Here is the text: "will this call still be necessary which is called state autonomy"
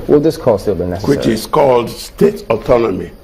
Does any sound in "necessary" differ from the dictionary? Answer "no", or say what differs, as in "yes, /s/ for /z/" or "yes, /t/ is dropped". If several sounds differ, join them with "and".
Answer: yes, /ɹ/ is dropped